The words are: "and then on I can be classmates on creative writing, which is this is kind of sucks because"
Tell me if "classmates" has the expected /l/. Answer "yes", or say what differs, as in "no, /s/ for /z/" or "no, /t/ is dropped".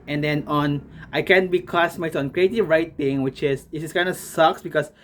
no, /l/ is dropped